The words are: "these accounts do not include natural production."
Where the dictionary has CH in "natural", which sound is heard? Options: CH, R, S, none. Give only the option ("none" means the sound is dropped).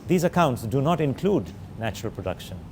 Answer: CH